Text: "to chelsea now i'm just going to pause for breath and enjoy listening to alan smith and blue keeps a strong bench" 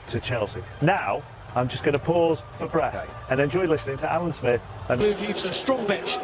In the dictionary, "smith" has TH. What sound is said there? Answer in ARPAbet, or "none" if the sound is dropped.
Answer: TH